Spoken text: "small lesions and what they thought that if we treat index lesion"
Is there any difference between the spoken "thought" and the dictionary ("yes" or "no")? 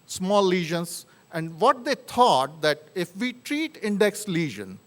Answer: yes